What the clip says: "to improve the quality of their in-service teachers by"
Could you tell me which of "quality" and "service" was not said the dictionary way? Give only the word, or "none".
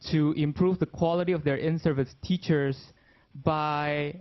none